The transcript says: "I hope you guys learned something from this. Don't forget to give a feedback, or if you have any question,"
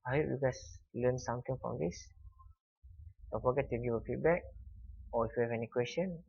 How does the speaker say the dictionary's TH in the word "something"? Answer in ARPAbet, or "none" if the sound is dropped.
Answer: T